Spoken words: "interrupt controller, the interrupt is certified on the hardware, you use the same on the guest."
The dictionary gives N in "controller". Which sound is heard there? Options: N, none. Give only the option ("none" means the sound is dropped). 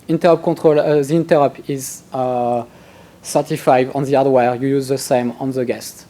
none